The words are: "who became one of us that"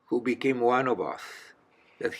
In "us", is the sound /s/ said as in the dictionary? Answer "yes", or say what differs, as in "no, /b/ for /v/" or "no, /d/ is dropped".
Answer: no, /θ/ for /s/